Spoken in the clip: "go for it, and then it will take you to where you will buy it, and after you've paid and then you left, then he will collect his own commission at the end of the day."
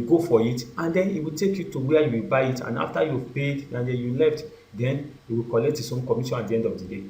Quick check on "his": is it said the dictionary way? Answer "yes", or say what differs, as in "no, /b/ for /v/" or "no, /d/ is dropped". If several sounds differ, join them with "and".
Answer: no, /s/ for /z/